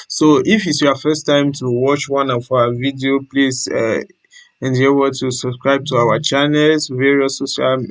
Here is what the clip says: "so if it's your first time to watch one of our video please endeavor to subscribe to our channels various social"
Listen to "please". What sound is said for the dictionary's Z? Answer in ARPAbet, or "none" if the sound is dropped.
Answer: S